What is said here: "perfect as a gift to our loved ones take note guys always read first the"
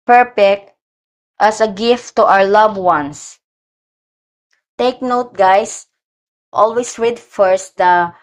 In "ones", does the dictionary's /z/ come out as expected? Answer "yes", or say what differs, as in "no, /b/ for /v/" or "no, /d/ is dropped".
no, /s/ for /z/